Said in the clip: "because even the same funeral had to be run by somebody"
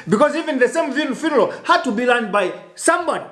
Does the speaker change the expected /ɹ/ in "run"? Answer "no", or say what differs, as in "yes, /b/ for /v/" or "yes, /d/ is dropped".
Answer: yes, /l/ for /ɹ/